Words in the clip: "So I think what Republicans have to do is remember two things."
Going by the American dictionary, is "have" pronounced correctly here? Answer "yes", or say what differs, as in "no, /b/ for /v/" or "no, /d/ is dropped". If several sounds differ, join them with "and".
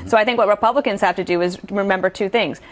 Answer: no, /f/ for /v/